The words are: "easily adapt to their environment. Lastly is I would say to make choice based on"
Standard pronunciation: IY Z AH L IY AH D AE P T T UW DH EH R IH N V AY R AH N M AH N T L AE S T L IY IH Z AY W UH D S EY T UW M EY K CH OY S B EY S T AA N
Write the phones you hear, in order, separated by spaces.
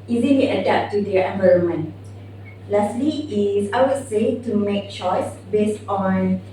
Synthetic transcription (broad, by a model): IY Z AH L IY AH D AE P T T UW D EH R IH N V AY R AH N M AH N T L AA S T L IY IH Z AY W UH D S EY T UW M EY K CH OY S B EY S T AA N